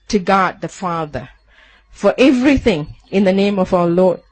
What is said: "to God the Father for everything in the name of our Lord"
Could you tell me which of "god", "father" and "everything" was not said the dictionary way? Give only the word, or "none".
none